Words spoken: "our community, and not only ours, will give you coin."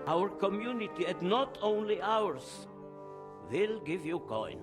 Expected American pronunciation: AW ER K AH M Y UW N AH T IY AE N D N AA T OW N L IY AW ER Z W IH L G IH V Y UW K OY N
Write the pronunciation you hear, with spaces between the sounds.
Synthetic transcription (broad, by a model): AW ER K AH M Y UW N AH T IY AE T N AA T OW N L IY AW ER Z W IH L G IH V Y UW K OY N